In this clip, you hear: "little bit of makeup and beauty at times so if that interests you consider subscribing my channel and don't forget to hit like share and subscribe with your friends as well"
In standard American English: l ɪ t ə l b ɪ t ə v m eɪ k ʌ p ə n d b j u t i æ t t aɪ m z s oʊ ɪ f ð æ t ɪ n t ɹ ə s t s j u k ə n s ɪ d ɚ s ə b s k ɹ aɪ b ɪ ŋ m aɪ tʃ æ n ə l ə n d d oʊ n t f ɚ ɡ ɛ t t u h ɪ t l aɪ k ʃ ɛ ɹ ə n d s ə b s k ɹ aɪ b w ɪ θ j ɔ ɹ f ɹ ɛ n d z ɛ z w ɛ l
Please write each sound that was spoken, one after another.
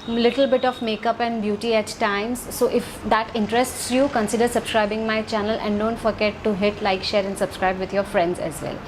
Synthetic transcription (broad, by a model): l ɪ t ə l b ɪ t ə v m eɪ k ʌ p ə n d b j u t i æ t t aɪ m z s oʊ ɪ f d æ t ɪ n t ɹ ə s t s j u k ə n s ɪ d ɚ s ə b s k ɹ aɪ b ɪ ŋ m aɪ tʃ æ n ə l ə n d d oʊ n t f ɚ ɡ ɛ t t u h ɪ t l aɪ k ʃ ɛ ɹ ə n d s ə b s k ɹ aɪ b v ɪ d j ɔ ɹ f ɹ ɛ n d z ɛ z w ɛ l